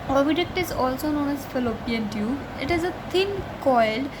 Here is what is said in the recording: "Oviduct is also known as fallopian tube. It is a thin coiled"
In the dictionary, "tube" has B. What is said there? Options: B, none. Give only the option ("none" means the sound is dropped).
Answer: none